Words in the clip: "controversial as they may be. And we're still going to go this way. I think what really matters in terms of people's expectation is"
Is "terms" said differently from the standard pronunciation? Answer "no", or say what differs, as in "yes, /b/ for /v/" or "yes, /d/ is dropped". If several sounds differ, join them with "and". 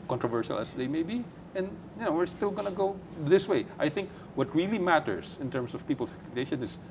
yes, /s/ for /z/